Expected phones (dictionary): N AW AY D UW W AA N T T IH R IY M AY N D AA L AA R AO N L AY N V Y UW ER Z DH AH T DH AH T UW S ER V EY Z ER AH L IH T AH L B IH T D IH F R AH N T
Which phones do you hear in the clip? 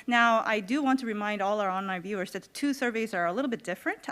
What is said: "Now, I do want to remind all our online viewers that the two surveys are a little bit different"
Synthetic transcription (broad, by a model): N AW AY D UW W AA N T T IH R IY M AY N D AA L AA R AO N AY V Y UW ER Z DH AH T DH AH T UW S ER V EY Z ER AH L IH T L B IH T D IH F R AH N T